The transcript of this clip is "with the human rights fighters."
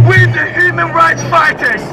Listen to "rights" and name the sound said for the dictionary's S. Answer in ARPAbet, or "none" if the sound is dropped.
S